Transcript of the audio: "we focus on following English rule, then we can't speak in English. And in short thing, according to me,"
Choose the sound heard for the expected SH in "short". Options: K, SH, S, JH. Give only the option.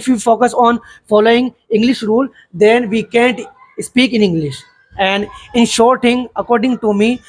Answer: SH